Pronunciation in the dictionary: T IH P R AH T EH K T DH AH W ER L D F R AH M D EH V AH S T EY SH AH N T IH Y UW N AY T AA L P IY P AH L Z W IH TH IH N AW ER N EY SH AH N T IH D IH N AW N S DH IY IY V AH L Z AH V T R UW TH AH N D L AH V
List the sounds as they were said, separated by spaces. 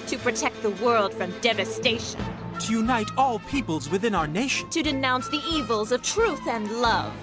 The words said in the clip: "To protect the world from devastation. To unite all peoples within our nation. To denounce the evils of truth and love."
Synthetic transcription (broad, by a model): T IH P R AH T EH K T DH AH W ER L D F R AH M D EH V AH S T EY SH AH N T IH Y UW N AY T AA L P IY P AH L Z W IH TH IH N AW ER N EY SH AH N T IH D IH N AW N S DH IY IY V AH L Z AH V T R UW TH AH N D L AH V